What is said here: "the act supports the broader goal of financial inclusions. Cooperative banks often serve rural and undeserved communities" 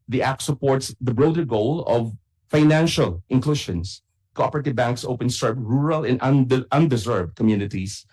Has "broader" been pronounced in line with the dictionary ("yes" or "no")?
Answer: yes